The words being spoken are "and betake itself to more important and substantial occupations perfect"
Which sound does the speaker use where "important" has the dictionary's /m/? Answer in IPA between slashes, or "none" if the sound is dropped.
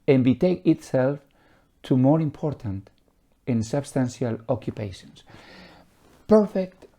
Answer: /m/